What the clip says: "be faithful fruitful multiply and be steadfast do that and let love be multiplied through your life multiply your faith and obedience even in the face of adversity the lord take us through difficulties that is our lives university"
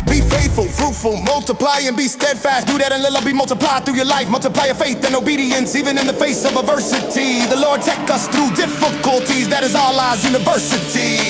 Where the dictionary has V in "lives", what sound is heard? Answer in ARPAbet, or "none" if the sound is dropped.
none